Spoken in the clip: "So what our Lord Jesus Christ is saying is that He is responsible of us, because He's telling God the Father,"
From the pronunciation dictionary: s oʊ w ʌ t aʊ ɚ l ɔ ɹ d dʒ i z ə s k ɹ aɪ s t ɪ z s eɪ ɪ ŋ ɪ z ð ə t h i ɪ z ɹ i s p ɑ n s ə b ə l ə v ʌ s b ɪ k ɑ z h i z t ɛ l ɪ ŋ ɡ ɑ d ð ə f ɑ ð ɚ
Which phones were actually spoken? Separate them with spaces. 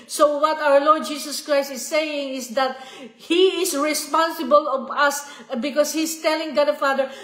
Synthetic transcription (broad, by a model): s oʊ w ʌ t aʊ ɚ l ɔ ɹ d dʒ i s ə s k ɹ aɪ s t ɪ s eɪ ɪ ŋ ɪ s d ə t h i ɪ s ɹ i s p ɑ n s ə b ə l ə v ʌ s b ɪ k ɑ s h i s t ɛ l ɪ ŋ ɡ ɑ d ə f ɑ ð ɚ